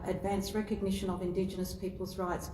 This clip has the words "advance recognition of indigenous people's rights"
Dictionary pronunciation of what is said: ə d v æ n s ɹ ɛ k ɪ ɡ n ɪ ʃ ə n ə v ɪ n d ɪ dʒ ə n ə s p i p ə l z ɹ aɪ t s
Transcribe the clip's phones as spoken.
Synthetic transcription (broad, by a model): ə d v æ n s ɹ ɛ k ɪ ɡ n ɪ ʃ ə n ə v ɪ n d ɪ dʒ ə n ə s p i p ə l z ɹ aɪ t s